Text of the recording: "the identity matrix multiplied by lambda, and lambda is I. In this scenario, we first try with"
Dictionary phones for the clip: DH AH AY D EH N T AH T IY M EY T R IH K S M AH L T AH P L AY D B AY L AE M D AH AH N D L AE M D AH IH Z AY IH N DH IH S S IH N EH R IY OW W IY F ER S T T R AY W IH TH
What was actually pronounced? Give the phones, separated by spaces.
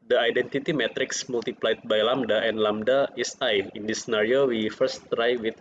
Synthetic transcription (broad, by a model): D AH AY D EH N T AH T IY M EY T R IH K S M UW L T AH P L AY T B AY L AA M D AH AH N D L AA M D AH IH S AY IH N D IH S S N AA R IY OW W IY F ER S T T R AY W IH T